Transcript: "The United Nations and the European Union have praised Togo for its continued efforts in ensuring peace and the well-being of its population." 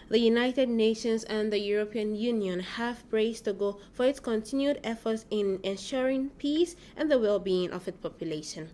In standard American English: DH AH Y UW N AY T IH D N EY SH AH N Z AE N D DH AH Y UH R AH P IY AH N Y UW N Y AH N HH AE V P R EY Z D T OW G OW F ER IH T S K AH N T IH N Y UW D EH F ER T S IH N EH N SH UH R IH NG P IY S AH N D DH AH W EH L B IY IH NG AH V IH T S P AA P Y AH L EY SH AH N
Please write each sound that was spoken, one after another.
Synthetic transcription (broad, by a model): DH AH Y UW N AY T IH D N EY SH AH N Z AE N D DH AH Y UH R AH P IY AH N Y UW N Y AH N HH AE V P R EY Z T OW G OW F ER IH T S K AH N T IH N Y UW D EH F ER T S IH N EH N SH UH R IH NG P IY S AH N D DH AH W EH L B IY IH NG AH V IH T S P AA P Y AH L EY SH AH N